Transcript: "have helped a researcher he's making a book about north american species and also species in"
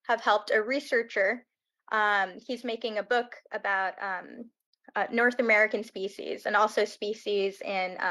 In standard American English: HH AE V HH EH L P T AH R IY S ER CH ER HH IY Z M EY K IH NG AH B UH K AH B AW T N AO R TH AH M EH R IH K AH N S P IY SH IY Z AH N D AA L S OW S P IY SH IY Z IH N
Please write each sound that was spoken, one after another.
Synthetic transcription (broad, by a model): HH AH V HH EH L P T AH R IY S ER CH ER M IY Z M EY K IH NG AH B UH K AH B AW T N AO R TH AH M EH R IH K AH N S P IY SH IY Z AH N AA L S OW S P IY SH IY Z IH N